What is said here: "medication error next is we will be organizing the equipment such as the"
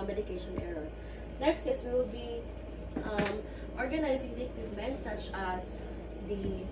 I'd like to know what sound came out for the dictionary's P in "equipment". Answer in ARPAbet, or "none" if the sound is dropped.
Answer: none